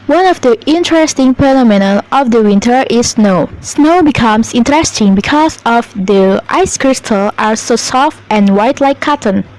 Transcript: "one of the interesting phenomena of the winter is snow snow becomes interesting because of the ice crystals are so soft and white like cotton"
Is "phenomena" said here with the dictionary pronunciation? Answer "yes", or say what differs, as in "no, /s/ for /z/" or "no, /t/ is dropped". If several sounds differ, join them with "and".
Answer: no, /p/ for /f/